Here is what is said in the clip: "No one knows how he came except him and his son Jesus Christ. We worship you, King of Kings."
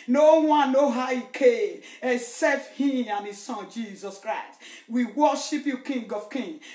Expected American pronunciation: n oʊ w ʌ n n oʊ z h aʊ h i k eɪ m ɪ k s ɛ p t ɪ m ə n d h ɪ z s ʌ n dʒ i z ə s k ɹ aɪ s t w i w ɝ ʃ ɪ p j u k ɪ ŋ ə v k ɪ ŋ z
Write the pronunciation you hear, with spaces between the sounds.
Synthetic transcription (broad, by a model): n oʊ w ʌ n n oʊ h aʊ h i k eɪ m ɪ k s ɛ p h ɪ m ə n h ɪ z s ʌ n dʒ i z ə s k ɹ aɪ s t w i w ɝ ʃ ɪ p j u k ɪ ŋ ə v k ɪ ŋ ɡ